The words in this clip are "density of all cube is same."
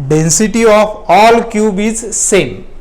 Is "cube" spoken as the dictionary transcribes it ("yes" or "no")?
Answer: yes